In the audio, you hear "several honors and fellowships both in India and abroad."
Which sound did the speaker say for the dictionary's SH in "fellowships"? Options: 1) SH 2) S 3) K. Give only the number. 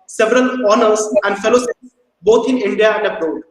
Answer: 2